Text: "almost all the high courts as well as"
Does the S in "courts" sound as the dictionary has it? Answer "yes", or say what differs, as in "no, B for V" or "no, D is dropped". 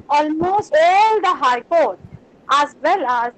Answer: no, S is dropped